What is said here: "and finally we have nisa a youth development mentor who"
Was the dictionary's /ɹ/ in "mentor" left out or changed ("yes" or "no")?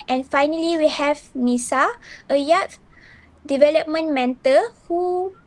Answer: yes